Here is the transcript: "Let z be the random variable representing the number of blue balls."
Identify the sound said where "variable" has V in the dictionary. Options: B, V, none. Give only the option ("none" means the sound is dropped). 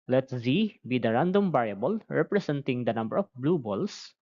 B